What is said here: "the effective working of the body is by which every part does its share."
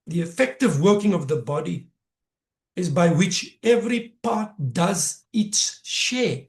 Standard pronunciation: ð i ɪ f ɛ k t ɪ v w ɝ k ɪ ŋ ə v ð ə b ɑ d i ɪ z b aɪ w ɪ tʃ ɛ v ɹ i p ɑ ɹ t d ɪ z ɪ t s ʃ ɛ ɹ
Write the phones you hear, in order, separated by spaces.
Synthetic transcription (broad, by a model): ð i ɪ f ɛ k t ɪ v w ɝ k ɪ ŋ ə v ð ə b ɑ d i ɪ z b aɪ w ɪ tʃ ɛ v ɹ i p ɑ t d ɪ z ɪ t s ʃ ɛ